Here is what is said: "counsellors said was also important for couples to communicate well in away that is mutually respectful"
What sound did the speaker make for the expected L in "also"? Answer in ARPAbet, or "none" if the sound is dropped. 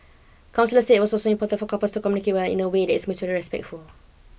none